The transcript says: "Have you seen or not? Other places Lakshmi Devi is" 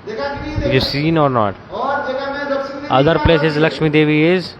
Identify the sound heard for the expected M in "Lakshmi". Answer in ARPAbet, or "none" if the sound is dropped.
M